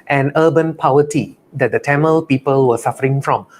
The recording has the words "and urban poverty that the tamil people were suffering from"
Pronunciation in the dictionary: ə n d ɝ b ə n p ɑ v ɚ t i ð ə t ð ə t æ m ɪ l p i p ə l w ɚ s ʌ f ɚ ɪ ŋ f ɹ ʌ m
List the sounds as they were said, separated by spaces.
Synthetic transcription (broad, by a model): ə n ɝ b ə n p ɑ w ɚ t i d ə t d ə t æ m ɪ l p i p ə l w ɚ s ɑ f ɚ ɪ ŋ f ɹ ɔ m